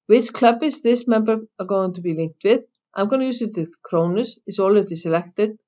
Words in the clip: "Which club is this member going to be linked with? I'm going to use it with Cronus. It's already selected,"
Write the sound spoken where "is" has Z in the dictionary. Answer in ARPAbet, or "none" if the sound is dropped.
S